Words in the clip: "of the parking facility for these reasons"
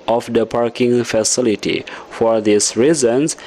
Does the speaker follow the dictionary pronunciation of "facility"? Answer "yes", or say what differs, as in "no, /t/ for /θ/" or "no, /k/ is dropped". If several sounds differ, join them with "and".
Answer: yes